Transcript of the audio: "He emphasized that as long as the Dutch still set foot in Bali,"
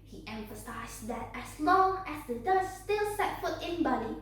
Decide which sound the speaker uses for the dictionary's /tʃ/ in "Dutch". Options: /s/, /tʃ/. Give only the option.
/s/